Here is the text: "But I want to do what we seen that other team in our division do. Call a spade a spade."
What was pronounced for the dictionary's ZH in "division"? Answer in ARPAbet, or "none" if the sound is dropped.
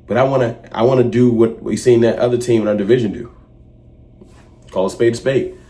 ZH